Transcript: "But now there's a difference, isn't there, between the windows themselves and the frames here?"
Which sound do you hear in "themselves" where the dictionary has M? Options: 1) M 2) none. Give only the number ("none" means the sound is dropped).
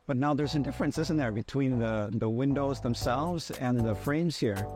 1